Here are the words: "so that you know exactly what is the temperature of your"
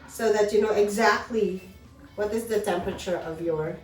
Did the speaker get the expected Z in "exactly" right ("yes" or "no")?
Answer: yes